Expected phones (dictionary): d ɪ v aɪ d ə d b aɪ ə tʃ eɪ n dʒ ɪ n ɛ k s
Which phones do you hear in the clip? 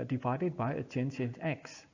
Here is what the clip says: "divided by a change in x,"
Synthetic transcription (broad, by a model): d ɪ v aɪ d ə d b aɪ ə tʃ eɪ n ʃ ɪ n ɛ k s